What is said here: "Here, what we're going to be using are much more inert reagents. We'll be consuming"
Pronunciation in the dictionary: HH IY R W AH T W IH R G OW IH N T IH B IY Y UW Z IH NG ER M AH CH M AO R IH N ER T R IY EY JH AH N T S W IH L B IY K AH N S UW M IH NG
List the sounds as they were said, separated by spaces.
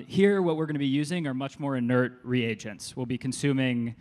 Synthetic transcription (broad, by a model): HH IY R W AH T W IH R G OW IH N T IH B IY Y UW Z IH NG ER M AH CH M AO R IH N ER T R IY EY JH AH N T S W IH L B IY K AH N S UW M IH NG